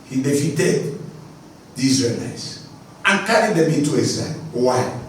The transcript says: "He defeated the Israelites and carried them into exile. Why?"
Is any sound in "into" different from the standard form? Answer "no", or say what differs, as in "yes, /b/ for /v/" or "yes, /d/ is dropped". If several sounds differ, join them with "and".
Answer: yes, /n/ is dropped